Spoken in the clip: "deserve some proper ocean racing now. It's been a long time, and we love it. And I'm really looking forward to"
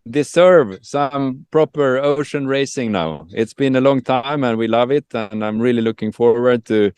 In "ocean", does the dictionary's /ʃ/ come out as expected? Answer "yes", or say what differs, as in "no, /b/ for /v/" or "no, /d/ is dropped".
yes